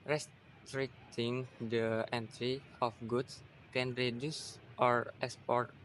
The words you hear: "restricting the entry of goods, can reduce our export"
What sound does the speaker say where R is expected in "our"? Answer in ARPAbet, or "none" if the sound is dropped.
R